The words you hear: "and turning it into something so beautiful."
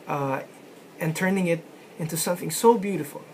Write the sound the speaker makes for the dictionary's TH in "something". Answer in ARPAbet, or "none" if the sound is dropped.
TH